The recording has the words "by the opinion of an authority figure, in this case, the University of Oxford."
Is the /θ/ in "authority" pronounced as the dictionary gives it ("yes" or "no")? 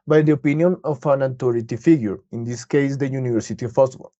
no